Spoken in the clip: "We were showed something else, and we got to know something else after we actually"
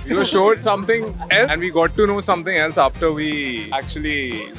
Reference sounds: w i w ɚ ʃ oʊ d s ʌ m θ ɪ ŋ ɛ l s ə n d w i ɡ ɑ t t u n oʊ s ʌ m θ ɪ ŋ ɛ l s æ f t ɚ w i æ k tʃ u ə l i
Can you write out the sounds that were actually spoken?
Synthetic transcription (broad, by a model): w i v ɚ ʃ oʊ d s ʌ m t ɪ ŋ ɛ l ə n d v i ɡ ɑ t t u n oʊ s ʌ m t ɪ ŋ ɛ l s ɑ f t ɚ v i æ k tʃ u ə l i